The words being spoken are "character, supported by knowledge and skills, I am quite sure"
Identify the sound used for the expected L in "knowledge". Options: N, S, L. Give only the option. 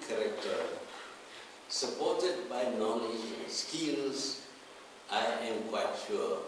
N